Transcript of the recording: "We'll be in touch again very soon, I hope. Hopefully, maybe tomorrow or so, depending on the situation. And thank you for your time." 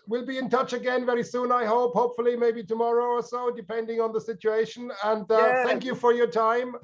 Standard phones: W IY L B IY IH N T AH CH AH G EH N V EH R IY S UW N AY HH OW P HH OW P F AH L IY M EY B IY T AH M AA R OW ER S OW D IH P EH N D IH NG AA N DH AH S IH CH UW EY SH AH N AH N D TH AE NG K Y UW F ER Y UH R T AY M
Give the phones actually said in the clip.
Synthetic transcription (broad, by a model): W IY L B IY IH N T AH CH AH G EH N V EH R IY S UW N AY HH OW P HH OW P F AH L IY M EY B IY T AH M AA R OW ER S OW D IH P EH N D IH NG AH N DH AH S IH CH UW EY SH AH N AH N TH TH AE NG K Y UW F ER Y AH R T AY M